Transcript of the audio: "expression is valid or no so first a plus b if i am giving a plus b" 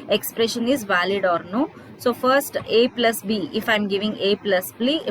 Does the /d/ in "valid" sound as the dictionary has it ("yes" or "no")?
yes